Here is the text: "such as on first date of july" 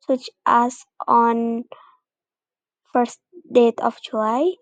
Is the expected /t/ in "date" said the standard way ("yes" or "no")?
yes